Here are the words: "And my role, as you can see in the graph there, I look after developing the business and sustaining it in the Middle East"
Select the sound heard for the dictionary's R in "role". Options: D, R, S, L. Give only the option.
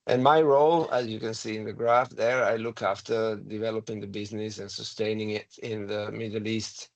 R